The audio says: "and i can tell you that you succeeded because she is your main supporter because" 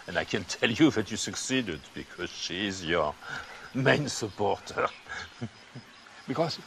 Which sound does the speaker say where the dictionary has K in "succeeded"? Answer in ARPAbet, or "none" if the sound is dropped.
K